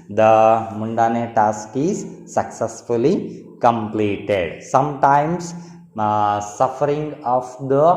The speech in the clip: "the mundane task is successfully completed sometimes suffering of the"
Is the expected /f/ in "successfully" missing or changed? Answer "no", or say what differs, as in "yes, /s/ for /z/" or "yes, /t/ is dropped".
no